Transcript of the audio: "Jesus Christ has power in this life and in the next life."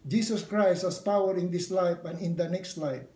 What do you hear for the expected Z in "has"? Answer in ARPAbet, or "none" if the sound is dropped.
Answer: S